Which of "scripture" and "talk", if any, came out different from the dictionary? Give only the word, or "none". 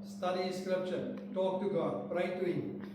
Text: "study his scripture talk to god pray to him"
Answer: scripture